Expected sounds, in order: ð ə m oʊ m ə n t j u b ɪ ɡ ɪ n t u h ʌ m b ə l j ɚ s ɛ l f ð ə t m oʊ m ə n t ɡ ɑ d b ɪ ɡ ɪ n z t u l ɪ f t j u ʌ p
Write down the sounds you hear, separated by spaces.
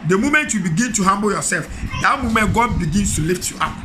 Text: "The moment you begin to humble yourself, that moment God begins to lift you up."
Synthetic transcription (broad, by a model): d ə m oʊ m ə n t j u b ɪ ɡ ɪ n t u h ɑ m b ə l j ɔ s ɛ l f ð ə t m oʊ m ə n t ɡ ɑ d b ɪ ɡ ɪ n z t u l ɪ f t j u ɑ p